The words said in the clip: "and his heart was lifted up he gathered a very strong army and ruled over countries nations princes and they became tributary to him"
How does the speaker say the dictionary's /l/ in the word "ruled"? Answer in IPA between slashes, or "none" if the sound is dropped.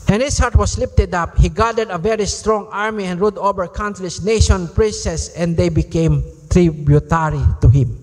none